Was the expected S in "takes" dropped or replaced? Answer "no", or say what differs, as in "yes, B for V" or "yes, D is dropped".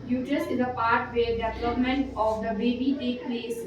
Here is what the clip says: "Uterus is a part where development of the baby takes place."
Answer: yes, S is dropped